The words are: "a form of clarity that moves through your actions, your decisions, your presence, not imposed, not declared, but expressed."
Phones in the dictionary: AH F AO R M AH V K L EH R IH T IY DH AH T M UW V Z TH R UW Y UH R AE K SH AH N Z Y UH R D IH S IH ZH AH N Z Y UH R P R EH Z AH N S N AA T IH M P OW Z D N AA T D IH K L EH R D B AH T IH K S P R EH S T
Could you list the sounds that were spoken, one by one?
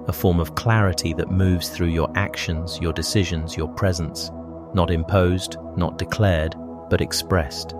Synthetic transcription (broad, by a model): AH F AO R M AH V K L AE R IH T IY DH AH T M UW V Z TH R UW Y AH R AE K SH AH N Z Y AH R D IH S IH ZH AH N Z Y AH R P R EH Z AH N S N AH T IH M P OW Z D N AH T D IH K L EH R D B AH T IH K S P R EH S T